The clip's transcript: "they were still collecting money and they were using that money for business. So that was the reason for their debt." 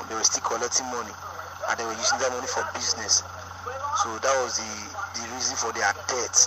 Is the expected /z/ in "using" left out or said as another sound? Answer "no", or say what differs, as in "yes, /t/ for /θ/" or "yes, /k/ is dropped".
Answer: yes, /s/ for /z/